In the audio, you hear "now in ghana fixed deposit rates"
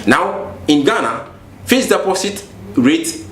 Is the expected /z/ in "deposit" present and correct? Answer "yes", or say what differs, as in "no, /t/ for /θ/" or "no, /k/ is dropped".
no, /s/ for /z/